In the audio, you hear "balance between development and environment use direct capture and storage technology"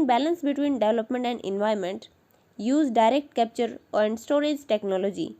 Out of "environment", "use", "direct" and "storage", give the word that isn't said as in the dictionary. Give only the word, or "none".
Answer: environment